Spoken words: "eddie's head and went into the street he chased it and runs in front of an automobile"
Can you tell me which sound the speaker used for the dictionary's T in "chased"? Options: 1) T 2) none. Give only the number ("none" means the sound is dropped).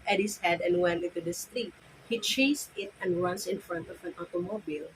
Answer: 2